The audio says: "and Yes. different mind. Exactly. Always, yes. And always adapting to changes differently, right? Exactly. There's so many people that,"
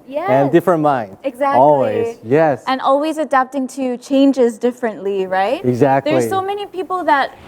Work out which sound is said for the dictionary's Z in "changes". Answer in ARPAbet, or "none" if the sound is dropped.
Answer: Z